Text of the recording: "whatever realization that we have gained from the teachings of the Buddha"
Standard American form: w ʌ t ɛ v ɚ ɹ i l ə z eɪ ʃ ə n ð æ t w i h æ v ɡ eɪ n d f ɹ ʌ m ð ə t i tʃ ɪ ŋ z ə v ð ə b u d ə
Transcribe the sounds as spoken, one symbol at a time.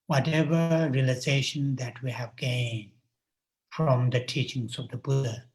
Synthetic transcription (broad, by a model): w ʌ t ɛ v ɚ ɹ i l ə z eɪ ʃ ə n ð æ t w i h æ v ɡ eɪ n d f ɹ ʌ m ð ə t i tʃ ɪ ŋ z ə v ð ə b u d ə